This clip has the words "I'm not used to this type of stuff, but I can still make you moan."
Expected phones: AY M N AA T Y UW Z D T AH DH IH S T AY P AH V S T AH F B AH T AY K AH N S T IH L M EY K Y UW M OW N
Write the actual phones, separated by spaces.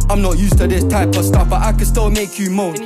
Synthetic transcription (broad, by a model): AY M N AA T Y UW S T AH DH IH S T AY P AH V S T AH F B AH T AY K AH N S T IH L M EY K Y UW M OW